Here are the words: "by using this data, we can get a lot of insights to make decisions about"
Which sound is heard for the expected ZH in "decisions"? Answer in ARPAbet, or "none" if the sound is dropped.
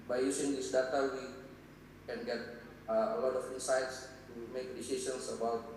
S